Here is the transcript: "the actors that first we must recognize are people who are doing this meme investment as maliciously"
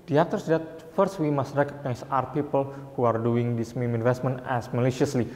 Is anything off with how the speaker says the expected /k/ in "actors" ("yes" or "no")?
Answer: yes